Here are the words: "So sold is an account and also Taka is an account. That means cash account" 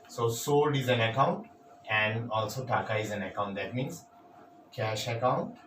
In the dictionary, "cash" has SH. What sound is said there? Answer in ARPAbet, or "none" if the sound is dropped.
SH